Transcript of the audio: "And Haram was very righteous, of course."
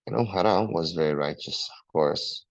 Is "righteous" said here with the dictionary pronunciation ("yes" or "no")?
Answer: yes